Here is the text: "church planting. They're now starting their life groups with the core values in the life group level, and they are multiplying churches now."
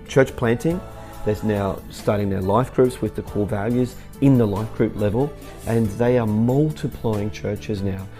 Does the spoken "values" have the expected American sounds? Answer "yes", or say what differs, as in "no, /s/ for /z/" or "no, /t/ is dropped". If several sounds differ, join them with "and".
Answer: yes